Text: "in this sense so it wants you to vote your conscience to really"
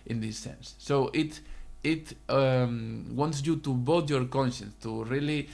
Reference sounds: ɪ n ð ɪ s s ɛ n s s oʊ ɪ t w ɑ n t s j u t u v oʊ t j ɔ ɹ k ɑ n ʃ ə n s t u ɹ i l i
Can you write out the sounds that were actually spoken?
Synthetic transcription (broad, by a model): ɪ n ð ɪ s s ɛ n s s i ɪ t w ɑ n t s j u t u b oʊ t j ɔ ɹ k ɑ n ʃ ə n s t u ɹ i l i